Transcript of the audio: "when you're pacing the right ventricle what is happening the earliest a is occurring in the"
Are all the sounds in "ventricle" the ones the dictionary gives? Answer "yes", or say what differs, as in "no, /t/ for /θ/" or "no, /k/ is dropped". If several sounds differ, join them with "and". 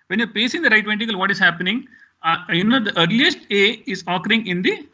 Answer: no, /ɹ/ is dropped